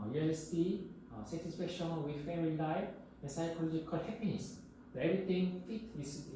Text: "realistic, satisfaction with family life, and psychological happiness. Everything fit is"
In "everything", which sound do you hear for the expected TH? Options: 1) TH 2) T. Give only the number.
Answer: 2